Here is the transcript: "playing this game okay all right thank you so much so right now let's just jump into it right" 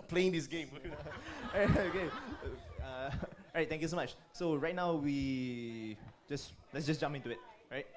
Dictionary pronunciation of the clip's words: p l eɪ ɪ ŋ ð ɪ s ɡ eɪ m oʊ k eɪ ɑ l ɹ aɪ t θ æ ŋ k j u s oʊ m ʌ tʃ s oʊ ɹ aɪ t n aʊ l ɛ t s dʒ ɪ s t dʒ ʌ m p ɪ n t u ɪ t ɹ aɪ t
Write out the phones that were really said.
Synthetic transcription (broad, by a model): p l eɪ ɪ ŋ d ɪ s ɡ eɪ m oʊ k eɪ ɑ ɹ aɪ t t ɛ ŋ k j u s oʊ m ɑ tʃ s oʊ ɹ aɪ t n aʊ l ɛ t s dʒ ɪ s dʒ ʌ m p ɪ n t u ɪ t ɹ aɪ t